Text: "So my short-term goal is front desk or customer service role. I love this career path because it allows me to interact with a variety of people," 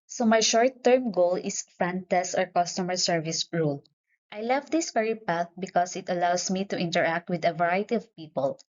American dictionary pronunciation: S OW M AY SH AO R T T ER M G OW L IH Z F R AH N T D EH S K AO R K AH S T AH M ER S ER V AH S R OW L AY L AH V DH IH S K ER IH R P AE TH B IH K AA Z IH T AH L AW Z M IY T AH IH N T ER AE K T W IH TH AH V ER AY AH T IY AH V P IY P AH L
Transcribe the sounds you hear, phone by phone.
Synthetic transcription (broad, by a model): S OW M AY SH AO R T T ER M G OW L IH S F R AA N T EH S AO R K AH S T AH M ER S ER V AH S R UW L AY L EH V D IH S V ER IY P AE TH B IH K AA S IH T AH L AW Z M IY T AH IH N T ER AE K T W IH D AH V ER AY T IY AH V P IY P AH L